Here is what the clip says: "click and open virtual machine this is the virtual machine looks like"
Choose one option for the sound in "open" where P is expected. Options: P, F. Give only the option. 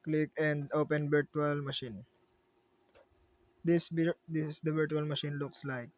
P